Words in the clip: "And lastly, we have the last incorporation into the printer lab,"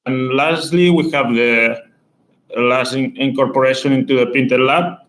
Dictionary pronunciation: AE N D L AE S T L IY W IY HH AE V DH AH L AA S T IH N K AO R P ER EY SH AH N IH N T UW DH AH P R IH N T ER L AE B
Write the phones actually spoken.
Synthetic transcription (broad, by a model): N L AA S T L IY W IY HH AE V DH AH L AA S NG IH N K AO R P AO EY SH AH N IH N T UW DH AH P IY N T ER L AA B